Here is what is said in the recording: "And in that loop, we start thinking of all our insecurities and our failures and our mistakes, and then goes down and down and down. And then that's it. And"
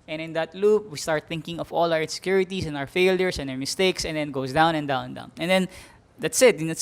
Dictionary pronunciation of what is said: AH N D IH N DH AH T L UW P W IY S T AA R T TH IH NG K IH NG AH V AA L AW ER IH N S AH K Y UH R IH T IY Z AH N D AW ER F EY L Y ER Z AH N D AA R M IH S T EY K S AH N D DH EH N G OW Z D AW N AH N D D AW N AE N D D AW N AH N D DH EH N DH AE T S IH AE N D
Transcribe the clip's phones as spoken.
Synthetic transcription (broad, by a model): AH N IH N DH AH T L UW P W IY S T AA R T TH IH NG K IH NG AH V AA L AW ER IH N S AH K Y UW R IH T IY S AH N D AW ER F EY L Y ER S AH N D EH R M IH S T EY K S AH N D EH N G OW S D AW N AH N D D AW N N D D AW N AH N D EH N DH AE T S IH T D